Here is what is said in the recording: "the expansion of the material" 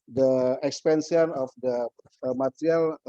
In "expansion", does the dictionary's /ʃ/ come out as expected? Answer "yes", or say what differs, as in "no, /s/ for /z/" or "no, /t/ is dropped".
no, /s/ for /ʃ/